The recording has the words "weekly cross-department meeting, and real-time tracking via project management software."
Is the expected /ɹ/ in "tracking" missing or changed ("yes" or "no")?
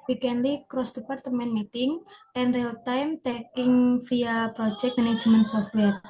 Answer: yes